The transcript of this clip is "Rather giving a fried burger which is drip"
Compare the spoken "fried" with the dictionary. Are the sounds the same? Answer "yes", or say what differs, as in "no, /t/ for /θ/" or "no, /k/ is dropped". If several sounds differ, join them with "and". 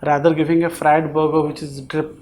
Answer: yes